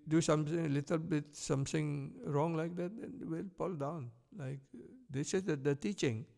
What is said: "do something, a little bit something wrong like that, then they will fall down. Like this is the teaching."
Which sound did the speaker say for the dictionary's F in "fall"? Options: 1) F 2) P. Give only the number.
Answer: 2